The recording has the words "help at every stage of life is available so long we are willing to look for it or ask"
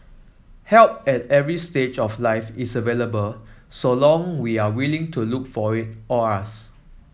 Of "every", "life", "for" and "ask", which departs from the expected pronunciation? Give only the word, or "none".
ask